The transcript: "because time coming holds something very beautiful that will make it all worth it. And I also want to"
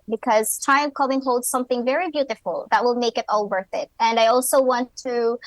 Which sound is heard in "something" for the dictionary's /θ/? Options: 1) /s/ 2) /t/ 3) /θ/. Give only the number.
3